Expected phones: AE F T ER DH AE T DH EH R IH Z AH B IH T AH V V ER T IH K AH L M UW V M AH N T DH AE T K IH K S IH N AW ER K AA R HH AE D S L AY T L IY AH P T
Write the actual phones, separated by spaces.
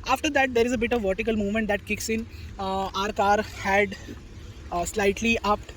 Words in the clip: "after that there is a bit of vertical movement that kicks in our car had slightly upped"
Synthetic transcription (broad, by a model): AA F T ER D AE T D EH R IH Z AH B IH T AH V V ER T IH K AH L M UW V M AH N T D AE T K IH K S IH N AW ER K AA R HH AE D S L AY T L IY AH P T